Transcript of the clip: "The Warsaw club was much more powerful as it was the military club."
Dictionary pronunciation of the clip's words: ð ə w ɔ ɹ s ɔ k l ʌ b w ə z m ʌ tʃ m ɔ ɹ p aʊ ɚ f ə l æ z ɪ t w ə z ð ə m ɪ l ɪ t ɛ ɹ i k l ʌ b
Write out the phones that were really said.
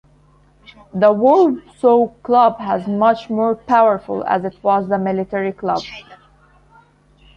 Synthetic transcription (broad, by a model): ð ə w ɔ l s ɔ k l ʌ b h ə z m ʌ tʃ m ɔ ɹ p aʊ ɚ f ə l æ z ɪ t w ə z ð ə m ɪ l ɪ t ɛ ɹ i k l ʌ b